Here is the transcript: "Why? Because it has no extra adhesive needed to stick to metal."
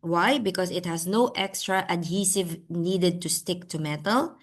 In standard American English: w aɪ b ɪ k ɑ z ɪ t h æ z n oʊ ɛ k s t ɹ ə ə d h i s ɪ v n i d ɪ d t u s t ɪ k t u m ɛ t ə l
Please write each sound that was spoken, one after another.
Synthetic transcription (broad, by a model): w aɪ b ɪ k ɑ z ɪ t h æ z n oʊ ɛ k s t ɹ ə ə d h i s ɪ v n i d ɪ d t u s t ɪ k t u m ɛ t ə l